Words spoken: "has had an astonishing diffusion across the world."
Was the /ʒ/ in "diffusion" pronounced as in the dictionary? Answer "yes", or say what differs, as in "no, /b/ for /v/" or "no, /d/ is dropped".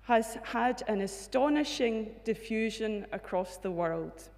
yes